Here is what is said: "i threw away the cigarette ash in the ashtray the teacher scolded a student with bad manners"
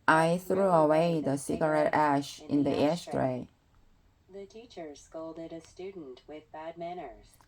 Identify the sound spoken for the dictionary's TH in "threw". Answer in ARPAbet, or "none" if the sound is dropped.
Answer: TH